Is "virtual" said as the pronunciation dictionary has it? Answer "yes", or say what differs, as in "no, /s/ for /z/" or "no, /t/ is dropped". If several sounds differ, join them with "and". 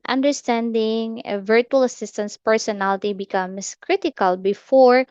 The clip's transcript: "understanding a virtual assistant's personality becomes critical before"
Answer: yes